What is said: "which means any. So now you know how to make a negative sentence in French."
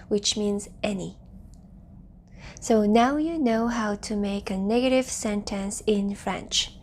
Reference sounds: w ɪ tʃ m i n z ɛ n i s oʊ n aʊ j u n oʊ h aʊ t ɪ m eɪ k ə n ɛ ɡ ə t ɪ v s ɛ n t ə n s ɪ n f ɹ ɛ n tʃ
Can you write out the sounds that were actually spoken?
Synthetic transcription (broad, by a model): w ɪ tʃ m i n z ɛ n i s oʊ n aʊ j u n oʊ h aʊ t ɪ m eɪ k ə n ɛ ɡ ə t ɪ v s ɛ n t ə n s ɪ n f ɹ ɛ n tʃ